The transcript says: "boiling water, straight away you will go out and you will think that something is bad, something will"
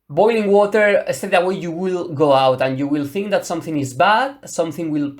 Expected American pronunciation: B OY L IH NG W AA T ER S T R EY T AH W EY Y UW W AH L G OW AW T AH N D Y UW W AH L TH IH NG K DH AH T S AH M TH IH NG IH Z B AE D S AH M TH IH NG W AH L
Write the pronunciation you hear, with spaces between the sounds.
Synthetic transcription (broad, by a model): B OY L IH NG W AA T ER S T EY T AH W EY Y UW W AH L G OW AW T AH N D Y UW W AH L TH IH NG K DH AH T S AH M TH IH NG IH Z B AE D S AH M TH IH NG W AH L